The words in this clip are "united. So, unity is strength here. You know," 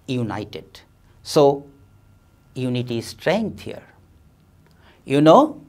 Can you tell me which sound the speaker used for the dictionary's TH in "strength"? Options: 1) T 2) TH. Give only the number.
1